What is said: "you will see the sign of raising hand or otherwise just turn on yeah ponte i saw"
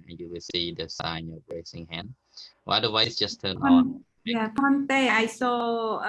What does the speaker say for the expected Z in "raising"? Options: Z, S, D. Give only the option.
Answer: S